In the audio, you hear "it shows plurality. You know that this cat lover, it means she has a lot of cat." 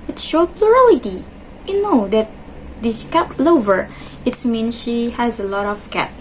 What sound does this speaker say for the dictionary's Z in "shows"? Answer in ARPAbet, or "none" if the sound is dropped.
none